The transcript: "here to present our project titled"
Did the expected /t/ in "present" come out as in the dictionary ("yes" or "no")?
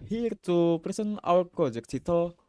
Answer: no